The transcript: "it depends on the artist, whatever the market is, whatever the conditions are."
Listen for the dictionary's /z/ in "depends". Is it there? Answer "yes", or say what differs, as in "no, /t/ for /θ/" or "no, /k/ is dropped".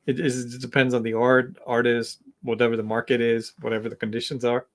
yes